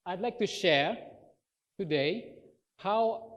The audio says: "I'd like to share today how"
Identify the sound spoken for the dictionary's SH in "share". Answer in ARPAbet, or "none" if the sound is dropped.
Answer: SH